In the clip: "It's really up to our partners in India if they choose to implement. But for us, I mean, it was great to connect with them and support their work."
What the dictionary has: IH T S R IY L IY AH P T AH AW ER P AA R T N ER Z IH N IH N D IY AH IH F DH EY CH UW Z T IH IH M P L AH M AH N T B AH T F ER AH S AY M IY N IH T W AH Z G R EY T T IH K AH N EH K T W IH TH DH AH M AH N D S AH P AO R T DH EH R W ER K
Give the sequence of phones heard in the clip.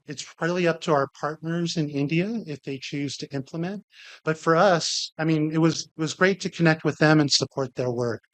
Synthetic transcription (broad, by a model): IH T S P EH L IY AH P T AH AW ER P AA R T N ER Z IH N IH N D IY AH IH F DH EY CH UW Z T IH IH M P L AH M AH N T B AH T F ER AH S AY M IY N IH T W AH Z G R EY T T IH K AH N EH K T W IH DH AH M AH N S AH P AO R T DH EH R W ER K